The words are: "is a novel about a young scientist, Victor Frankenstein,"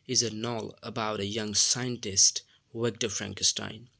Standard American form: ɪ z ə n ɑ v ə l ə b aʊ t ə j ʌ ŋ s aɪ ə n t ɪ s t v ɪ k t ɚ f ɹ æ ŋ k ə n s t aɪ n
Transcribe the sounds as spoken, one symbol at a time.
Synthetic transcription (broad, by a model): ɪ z ə n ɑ l ə b aʊ t ə j ʌ ŋ s aɪ ə n t ɪ s t w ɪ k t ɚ f ɹ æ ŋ k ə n s t aɪ n